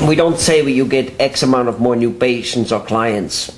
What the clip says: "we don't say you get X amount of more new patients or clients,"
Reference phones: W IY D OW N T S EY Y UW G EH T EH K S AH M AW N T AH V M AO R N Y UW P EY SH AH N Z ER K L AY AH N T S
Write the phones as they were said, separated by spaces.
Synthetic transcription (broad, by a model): W IY D OW N T S EY Y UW G EH T EH K S AH M AW N T AH V M AO R N Y UW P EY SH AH N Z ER K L AY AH N T S